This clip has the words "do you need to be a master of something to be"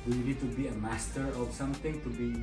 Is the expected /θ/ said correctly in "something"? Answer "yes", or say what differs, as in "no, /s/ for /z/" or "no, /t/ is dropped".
no, /t/ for /θ/